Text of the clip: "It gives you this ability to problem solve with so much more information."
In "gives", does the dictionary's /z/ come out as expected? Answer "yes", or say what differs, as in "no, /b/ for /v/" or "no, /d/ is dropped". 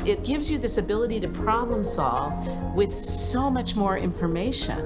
yes